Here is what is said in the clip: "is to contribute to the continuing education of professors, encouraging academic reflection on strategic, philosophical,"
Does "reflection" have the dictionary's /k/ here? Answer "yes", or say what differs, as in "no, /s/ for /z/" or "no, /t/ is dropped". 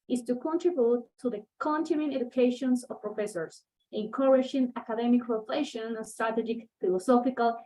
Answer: no, /k/ is dropped